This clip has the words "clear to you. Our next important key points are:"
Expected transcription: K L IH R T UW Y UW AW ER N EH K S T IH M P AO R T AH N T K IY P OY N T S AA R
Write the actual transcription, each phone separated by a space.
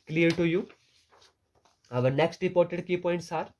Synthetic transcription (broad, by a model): K L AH R T UW Y UW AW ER N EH K S T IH P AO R T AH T K IY P OY N T S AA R